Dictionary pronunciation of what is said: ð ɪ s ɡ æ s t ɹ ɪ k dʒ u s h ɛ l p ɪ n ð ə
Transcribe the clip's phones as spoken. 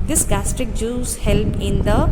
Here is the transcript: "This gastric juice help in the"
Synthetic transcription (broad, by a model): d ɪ s ɡ æ s t ɹ ɪ k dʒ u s h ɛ l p ɪ n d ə